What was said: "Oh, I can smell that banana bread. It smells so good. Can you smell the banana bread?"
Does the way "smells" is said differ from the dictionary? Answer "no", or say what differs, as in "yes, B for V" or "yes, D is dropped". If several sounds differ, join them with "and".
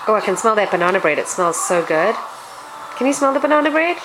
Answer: no